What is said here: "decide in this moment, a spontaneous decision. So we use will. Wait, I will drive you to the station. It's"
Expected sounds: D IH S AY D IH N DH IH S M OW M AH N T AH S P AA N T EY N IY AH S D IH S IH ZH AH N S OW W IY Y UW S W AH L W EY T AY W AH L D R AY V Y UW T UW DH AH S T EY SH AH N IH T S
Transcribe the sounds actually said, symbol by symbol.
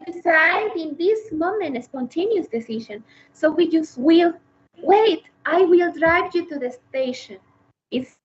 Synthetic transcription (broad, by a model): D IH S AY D IH N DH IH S M OW M AH N T AH S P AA N T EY N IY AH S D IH S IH SH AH N S OW W IY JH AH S W AH L W EY T AY W AH L D R AY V Y UW T UW DH AH S T EY SH AH N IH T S